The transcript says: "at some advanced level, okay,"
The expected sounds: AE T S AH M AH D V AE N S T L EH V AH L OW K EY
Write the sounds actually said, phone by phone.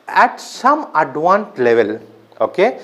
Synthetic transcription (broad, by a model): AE T S AH M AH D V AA N T L EH V AH L OW K EY